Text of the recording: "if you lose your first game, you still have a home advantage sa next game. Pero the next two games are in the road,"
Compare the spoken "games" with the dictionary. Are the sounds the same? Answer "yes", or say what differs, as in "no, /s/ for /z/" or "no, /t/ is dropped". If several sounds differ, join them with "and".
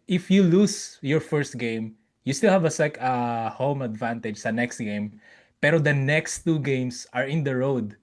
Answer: no, /s/ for /z/